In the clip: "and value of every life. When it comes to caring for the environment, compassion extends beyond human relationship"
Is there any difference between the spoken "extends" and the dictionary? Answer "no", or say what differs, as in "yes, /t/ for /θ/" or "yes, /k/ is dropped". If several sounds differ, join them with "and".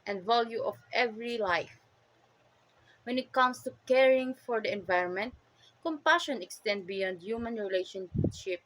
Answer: yes, /z/ is dropped